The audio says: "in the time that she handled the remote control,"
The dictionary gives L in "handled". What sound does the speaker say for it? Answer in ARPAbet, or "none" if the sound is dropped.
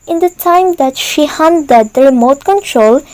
none